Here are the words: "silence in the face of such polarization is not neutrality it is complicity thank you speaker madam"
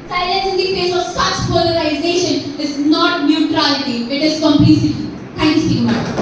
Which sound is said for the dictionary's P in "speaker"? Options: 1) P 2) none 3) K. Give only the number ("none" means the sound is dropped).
2